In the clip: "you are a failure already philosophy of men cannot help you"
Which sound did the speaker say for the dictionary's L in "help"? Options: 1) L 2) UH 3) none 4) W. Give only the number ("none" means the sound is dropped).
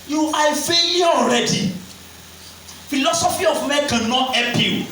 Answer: 3